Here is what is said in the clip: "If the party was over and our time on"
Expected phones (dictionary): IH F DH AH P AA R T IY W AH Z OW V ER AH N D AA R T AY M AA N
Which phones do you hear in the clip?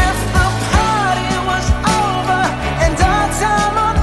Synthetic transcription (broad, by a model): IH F DH AH P AA R T IY W AH Z OW V ER AH N D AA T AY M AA